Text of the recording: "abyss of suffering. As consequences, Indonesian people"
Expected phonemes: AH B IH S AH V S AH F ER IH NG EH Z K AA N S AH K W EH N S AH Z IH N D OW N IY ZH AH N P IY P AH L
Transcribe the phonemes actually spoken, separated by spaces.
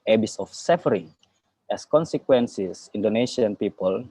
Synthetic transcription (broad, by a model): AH B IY S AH F S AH F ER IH NG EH S K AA N S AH K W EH N S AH S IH N D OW N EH SH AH N P IY P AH L